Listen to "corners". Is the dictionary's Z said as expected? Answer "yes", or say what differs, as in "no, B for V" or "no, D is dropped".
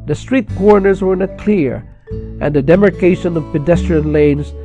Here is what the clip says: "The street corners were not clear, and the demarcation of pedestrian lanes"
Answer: yes